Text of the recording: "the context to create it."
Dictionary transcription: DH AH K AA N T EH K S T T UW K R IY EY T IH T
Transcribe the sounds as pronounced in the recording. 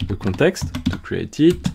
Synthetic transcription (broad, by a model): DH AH K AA T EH K S T T UW K R IY EY T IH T